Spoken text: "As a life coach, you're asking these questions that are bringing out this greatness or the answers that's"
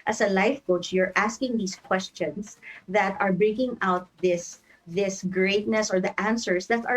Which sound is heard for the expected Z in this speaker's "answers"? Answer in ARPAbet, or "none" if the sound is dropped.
S